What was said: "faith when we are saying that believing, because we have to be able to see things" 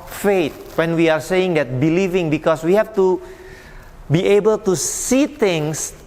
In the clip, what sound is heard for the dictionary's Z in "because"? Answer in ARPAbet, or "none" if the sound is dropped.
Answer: S